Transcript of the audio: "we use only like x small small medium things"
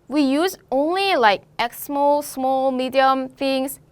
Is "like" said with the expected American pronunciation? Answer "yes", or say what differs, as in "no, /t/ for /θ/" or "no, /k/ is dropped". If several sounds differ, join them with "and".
yes